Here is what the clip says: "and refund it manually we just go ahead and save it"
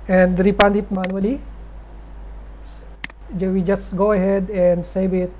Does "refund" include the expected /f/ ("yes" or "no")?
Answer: no